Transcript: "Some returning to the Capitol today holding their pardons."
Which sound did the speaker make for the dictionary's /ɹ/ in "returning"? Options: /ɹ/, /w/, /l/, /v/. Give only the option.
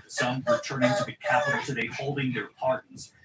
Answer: /w/